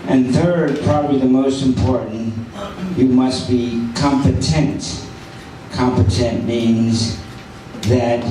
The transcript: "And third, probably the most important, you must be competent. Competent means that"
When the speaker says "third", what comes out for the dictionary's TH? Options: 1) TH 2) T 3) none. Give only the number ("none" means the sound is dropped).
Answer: 1